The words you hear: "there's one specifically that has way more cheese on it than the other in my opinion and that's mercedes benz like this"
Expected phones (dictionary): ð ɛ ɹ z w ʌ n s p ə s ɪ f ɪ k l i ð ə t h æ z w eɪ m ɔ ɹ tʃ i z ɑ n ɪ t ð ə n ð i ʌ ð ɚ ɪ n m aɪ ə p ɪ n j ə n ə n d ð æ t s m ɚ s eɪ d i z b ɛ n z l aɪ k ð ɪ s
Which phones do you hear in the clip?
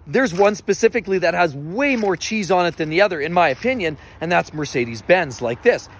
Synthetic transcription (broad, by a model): ð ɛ ɹ z w ʌ n s p ə s ɪ f ɪ k l i ð ə t h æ z w eɪ m ɔ ɹ tʃ i z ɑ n ɪ t ð ə n ð i ʌ ð ɚ ɪ n m aɪ ə p ɪ n j ə n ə n ð æ t s m ɚ s eɪ d i z b ɛ n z l aɪ k ð ɪ s